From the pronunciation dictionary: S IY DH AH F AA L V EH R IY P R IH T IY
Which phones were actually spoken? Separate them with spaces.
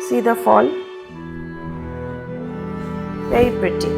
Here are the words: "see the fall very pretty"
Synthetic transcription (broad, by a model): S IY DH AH F AA L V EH IY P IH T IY